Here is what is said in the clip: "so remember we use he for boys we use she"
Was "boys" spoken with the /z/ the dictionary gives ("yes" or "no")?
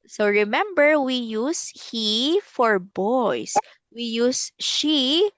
no